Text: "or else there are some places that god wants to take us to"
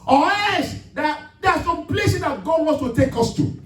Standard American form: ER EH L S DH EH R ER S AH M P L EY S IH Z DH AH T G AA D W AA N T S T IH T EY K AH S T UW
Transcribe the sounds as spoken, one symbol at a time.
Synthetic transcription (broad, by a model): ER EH S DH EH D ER S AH M P L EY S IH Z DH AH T G AA D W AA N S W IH T EY K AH S T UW